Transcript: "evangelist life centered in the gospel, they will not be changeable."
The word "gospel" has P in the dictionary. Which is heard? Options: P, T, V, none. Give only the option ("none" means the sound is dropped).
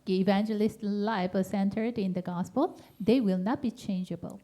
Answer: P